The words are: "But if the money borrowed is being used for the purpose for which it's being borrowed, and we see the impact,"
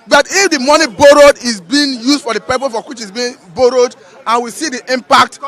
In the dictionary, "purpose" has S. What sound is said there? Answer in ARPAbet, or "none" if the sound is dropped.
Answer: none